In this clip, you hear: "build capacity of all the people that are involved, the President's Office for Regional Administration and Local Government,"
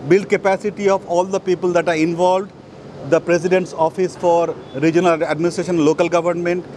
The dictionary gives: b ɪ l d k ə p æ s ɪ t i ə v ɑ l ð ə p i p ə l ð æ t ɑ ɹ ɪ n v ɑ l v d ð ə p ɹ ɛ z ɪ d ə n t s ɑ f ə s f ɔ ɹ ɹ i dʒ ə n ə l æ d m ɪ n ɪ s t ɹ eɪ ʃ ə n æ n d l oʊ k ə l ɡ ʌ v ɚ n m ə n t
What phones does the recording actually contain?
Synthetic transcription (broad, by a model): b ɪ l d k ə p æ s ɪ t i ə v ɑ l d ə p i p ə l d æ t ɑ ɹ ɪ n v ɑ l v d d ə p ɹ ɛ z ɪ d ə n t s ɑ f ə s f ɔ ɹ ɹ i dʒ ə n ə l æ d m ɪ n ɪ s t ɹ eɪ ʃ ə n n l oʊ k ə l ɡ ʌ v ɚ n m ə n t